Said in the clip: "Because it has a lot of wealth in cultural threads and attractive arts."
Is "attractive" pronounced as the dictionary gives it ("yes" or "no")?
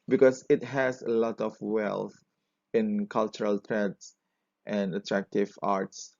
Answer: yes